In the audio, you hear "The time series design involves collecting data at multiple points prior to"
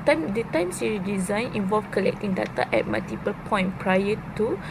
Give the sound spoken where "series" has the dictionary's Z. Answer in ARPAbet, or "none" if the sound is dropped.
none